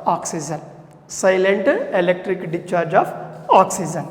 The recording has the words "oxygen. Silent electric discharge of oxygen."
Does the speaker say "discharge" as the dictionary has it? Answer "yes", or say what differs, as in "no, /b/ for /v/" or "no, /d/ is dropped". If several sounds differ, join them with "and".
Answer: no, /s/ is dropped